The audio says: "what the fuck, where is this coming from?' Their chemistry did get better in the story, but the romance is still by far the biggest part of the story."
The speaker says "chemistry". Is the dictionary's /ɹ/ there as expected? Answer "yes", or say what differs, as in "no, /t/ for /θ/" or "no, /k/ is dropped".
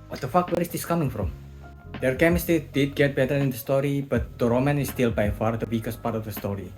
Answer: no, /ɹ/ is dropped